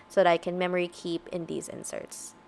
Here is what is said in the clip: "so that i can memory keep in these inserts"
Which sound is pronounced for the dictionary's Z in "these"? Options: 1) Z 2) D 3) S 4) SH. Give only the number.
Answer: 1